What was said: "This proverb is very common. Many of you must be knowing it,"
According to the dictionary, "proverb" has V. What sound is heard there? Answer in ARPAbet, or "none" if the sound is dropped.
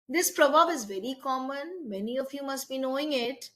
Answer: B